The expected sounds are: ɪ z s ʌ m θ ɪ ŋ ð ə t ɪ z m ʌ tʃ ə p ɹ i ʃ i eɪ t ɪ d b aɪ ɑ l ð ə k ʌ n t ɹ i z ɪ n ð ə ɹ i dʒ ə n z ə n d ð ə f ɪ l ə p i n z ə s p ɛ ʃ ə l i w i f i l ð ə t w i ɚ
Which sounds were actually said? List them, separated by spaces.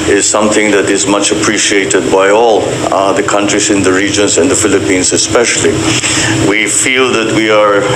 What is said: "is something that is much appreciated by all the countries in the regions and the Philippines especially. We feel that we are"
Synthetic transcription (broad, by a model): ɪ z s ʌ m θ ɪ ŋ ð ə t ɪ z m ʌ tʃ ə p ɹ i ʃ i eɪ t ɪ d b aɪ ɑ l ð ə k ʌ n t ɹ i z ɪ n ð ə ɹ i dʒ ə n z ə n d ð ə f ɪ l ə p i n z ə s p ɛ ʃ ə l i w i f i l ð ə t w i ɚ